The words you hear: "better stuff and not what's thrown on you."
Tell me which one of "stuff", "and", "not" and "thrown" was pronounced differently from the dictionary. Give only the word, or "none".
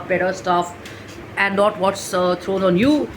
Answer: thrown